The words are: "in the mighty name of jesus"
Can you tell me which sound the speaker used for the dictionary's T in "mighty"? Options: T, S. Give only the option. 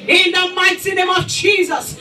S